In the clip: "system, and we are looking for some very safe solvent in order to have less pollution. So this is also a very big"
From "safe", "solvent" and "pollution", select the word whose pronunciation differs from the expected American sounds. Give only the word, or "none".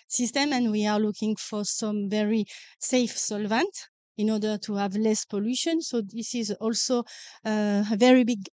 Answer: none